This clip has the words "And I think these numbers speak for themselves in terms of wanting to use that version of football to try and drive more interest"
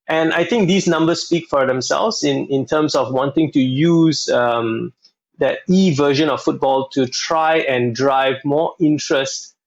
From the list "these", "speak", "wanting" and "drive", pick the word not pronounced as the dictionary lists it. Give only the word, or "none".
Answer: these